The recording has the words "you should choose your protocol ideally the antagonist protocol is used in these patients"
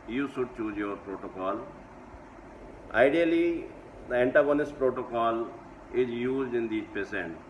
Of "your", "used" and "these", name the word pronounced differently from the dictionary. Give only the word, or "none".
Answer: these